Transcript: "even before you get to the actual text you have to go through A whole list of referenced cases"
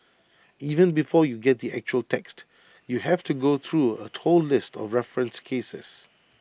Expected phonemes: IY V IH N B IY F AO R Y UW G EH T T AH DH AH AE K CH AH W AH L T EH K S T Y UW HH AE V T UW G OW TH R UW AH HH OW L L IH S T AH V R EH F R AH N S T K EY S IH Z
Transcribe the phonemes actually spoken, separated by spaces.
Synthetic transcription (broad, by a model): IY V IH N B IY F AO Y UW G EH T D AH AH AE K CH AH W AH L T EH K S T Y UW HH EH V T UW G OW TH R UW AH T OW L L IH S T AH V R EH F R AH N S K EY S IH S